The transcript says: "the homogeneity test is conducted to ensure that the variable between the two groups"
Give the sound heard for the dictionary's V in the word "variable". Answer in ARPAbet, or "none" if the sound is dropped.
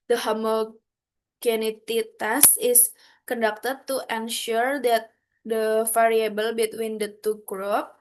F